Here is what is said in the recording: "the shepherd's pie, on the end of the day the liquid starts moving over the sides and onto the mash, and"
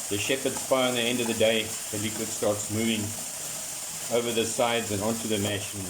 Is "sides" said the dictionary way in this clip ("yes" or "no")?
yes